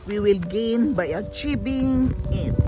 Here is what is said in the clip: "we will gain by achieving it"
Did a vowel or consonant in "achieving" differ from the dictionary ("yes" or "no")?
yes